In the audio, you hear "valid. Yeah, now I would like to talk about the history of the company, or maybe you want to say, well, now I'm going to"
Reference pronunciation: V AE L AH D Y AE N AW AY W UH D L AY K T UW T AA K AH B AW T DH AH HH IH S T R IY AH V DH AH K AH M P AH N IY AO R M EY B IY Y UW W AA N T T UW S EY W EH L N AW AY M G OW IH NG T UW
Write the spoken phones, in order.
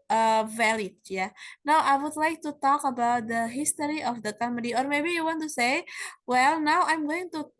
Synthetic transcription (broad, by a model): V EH L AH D Y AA N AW AY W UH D L AY K T UW T AA K AH B AW T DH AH HH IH S T R IY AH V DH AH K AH M AH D IY AO R M EY B IY Y UW W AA N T T UW S EY W EH L N AW AY M G OW IH NG T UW